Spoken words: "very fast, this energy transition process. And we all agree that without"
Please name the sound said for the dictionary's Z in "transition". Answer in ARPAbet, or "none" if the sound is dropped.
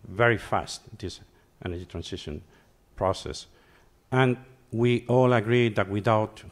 S